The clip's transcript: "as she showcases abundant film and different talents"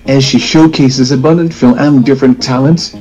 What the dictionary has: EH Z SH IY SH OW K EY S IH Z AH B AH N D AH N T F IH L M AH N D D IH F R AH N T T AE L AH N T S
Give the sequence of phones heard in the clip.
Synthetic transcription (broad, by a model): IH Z SH IY SH OW K EY S IH Z AH B AH N D AH N T F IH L AH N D D IH F R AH N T T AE L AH N T S